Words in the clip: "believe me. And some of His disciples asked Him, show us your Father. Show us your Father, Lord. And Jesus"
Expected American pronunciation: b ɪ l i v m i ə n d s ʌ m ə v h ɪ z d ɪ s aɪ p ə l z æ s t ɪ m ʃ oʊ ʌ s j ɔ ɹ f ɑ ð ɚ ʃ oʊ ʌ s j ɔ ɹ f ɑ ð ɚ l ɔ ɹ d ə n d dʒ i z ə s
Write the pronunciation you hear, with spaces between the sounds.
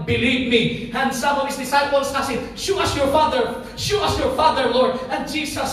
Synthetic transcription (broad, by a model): b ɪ l i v m i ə n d s ʌ m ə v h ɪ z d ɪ s aɪ p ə l s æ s ɪ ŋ ʃ oʊ ʌ s j ɔ ɹ f ɑ ð ɚ ʃ oʊ ʌ s j ɔ ɹ f ɑ ð ɚ l ɔ ɹ d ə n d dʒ i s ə s